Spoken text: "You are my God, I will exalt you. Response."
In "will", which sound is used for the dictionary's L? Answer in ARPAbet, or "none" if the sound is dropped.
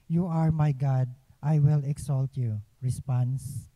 L